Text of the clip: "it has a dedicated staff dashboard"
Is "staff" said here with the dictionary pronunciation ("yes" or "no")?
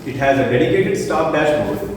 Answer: no